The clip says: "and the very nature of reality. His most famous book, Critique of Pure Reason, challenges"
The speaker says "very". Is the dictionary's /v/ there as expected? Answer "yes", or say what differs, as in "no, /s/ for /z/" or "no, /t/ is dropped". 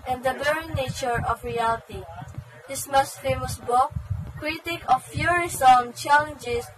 no, /b/ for /v/